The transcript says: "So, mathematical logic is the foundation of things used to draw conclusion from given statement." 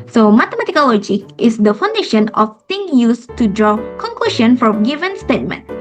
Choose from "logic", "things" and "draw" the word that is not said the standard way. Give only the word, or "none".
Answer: things